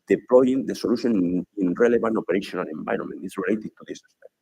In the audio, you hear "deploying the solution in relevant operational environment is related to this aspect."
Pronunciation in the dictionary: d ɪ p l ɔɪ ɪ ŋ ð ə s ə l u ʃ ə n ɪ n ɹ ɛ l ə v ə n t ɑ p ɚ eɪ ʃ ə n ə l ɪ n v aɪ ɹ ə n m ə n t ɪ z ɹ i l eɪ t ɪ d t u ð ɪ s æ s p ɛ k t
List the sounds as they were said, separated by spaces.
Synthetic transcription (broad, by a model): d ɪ p l ɔɪ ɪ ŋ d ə s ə l u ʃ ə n ɪ n ɹ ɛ l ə b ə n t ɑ p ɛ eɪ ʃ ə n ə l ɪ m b aɪ ɹ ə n m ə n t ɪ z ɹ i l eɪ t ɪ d t u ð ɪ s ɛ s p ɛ